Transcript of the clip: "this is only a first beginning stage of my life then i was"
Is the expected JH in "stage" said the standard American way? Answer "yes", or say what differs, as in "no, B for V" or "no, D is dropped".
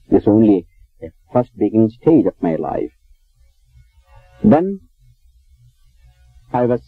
yes